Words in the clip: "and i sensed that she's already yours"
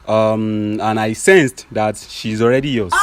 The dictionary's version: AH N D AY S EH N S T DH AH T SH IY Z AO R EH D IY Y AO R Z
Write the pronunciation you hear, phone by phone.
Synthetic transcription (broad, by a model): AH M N AY S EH N S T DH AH T SH IY Z AO R EH D IY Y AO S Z